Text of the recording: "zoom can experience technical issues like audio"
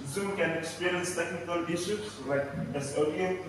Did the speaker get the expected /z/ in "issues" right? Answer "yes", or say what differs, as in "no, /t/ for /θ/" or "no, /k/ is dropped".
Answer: no, /s/ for /z/